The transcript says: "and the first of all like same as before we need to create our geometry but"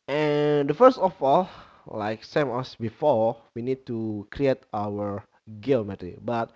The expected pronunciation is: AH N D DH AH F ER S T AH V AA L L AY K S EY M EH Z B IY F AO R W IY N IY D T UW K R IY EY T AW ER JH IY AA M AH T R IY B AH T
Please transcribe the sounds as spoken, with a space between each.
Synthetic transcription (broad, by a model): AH N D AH F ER S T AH F AA L L AY K S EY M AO S B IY F AO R W IY N IY D T UW K R IY EY T AW ER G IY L M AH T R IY B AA T